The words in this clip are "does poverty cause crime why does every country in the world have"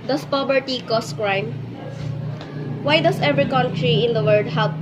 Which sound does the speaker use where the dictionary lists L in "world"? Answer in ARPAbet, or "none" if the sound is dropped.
none